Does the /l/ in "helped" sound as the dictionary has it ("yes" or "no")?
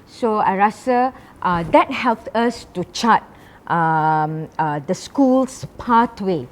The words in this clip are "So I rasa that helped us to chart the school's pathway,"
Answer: yes